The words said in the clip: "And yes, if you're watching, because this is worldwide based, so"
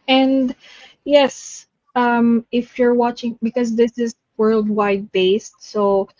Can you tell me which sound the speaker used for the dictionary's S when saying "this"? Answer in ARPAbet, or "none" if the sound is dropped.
S